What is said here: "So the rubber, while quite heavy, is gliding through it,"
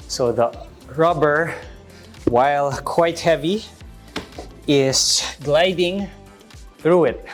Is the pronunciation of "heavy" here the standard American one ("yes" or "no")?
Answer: yes